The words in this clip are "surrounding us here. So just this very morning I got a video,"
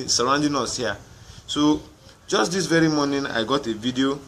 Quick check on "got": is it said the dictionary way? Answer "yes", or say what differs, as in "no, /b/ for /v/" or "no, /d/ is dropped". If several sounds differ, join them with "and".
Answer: yes